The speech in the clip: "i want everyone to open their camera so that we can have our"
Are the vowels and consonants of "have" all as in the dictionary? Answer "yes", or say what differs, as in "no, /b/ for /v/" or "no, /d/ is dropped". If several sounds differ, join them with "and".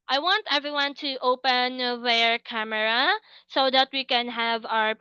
yes